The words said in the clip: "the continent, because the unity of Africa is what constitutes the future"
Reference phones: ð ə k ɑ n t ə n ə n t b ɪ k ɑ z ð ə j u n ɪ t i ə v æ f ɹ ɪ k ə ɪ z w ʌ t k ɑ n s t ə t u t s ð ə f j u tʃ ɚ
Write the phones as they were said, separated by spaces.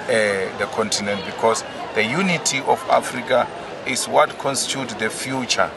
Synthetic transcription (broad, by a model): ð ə k ɑ n t ə n ə n t b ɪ k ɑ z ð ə j u n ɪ t i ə f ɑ f ɹ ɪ k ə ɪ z w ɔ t k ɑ n s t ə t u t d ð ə f j u tʃ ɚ